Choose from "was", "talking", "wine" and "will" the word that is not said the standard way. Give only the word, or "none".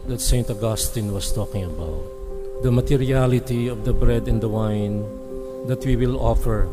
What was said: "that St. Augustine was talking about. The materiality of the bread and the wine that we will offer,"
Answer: was